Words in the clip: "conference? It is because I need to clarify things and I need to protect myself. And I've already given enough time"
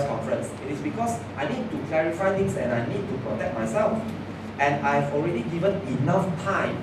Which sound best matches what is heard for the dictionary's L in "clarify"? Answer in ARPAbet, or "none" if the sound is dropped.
L